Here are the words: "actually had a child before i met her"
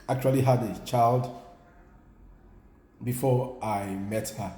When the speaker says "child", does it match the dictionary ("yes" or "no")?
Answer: yes